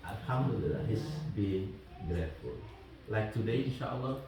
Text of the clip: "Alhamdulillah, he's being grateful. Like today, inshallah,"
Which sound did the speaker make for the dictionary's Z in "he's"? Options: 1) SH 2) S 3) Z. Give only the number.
2